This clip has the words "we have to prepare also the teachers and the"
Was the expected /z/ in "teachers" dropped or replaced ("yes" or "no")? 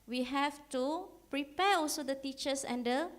yes